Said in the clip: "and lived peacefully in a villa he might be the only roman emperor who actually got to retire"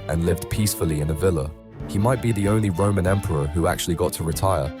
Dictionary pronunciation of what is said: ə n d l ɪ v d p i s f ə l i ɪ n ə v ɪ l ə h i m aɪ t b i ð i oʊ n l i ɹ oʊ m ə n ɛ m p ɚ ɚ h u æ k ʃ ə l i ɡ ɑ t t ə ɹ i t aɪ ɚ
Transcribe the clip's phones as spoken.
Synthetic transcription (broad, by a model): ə n l ɪ v d p i s f ə l i ɪ n ə v ɪ l ə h i m aɪ t b i ð i oʊ n l i ɹ oʊ m ə n ɛ m p ɚ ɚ h u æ k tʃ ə l i ɡ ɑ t t ə ɹ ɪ t aɪ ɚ